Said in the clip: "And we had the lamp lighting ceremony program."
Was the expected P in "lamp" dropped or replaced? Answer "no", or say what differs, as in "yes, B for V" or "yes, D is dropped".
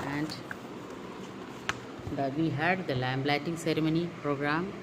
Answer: yes, B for P